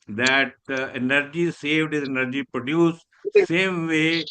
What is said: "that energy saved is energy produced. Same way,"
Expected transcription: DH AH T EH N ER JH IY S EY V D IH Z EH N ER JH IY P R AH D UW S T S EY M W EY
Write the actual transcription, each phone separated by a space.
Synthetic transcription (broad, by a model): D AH T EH N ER JH IY S EY V D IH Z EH N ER JH IY P R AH D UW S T S EY M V EY